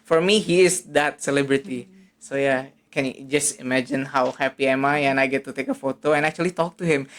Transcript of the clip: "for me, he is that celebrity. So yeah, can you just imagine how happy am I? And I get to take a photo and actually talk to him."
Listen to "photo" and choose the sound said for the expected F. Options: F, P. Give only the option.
F